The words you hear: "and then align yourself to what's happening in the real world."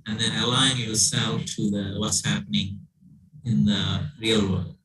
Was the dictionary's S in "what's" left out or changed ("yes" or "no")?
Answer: no